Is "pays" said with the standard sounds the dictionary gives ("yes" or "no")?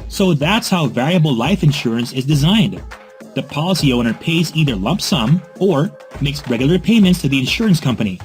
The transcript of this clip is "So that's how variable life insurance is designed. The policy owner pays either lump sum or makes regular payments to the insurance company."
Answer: yes